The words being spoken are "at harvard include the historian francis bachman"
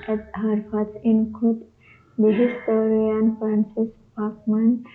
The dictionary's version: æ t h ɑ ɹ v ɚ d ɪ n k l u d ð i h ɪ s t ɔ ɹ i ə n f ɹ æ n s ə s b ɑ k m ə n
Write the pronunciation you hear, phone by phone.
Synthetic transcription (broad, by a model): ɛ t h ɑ ɹ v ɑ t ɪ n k u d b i h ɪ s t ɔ ɹ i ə n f ɹ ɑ n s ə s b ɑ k m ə n